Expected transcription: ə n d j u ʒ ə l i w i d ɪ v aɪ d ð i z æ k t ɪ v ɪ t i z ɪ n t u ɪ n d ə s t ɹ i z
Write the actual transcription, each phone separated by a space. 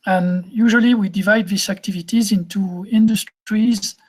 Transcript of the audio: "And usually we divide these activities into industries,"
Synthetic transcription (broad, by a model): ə n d j u ʒ ə l i w i d ɪ v aɪ d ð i s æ k t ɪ v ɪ t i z ɪ n t u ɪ n d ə s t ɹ i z